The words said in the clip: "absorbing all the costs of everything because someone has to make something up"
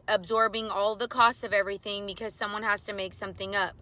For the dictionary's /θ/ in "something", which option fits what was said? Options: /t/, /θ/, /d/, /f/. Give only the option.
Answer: /θ/